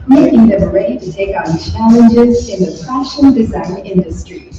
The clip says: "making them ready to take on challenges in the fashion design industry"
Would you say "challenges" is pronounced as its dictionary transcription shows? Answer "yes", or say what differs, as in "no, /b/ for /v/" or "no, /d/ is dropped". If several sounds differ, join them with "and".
yes